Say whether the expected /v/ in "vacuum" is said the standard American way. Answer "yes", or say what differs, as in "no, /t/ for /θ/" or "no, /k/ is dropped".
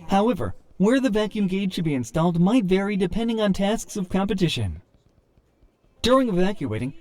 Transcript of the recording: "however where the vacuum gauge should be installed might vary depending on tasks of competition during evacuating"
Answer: yes